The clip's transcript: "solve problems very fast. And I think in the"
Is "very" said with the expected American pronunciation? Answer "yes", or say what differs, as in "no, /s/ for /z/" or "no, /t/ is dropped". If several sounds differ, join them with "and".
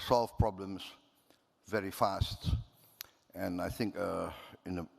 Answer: yes